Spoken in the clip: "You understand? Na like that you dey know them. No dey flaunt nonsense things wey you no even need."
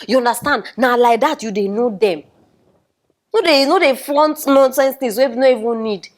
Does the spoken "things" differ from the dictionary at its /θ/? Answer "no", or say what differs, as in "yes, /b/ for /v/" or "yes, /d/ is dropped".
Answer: yes, /t/ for /θ/